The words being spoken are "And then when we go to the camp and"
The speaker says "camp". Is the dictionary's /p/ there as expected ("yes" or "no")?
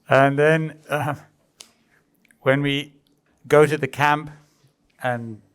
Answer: yes